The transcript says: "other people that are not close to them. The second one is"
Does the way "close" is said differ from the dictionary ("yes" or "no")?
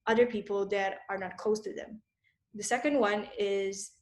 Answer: yes